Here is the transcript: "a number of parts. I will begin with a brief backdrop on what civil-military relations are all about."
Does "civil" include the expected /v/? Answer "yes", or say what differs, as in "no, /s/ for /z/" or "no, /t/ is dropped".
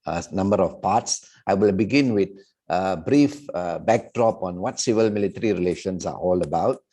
yes